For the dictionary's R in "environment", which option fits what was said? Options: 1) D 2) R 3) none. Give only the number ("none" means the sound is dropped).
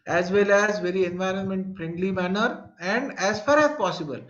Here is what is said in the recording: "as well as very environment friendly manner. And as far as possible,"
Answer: 2